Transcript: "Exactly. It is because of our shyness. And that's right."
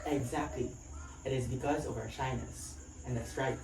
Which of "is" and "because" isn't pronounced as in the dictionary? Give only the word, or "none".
none